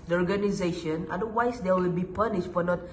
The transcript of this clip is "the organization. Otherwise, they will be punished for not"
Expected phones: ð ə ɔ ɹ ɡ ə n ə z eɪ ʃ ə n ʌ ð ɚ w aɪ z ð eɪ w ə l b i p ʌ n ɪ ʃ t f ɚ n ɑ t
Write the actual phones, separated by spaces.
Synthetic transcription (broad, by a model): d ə ɔ ɹ ɡ ə n ə z eɪ ʃ ə n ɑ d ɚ w aɪ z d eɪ w ə l b i p ʌ n ɪ ʃ t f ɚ n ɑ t